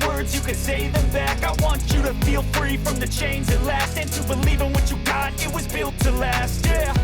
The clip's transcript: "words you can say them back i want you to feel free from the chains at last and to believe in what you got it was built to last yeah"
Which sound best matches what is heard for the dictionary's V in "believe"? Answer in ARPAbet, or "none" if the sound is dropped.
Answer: V